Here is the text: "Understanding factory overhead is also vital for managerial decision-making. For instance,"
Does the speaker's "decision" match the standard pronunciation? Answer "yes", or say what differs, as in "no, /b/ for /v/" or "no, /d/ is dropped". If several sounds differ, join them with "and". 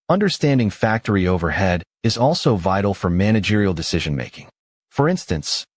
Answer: yes